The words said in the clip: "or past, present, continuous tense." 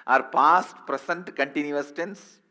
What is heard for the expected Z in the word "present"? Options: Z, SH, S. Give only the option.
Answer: S